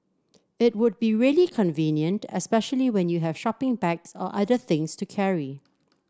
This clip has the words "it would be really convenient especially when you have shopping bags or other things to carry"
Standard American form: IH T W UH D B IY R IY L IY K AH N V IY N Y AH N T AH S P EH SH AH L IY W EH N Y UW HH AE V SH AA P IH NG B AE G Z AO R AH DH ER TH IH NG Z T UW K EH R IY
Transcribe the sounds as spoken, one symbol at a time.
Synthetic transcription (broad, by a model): IH T W UH D B IY R IY L IY K AH N V IY N Y AH N T AH S P EH SH AH L IY W EH N Y UW HH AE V SH AA P IH NG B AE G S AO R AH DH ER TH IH NG S T UW K EH R IY